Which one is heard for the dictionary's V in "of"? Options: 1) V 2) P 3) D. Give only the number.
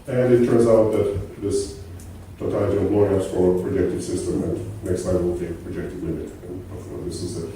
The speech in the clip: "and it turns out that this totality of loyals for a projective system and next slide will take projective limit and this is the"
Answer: 2